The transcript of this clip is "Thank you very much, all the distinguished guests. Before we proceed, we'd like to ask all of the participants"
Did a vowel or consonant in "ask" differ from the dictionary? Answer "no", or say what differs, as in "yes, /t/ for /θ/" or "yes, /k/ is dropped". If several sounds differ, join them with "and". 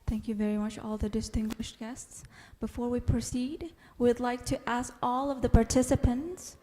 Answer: no